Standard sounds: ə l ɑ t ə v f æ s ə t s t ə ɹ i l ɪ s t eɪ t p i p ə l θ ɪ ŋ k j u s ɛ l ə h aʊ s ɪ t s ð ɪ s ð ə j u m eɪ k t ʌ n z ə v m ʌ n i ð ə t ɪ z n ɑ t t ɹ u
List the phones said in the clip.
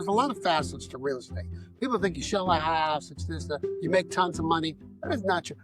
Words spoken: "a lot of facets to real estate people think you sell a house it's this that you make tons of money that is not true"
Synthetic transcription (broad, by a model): ə l ɑ t ə v f æ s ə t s t ə ɹ i l ɪ s t eɪ t p i p l θ ɪ ŋ k j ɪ ʃ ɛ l ə h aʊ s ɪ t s ð ɪ s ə j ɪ m eɪ k t ʌ n z ə v m ʌ n i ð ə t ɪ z n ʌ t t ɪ